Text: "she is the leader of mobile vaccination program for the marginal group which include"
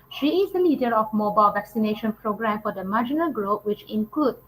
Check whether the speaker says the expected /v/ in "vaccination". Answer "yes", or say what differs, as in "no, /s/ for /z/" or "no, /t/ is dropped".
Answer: yes